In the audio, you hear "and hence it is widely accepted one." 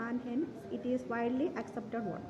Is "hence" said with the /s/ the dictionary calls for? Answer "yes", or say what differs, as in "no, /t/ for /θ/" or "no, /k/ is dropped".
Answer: no, /s/ is dropped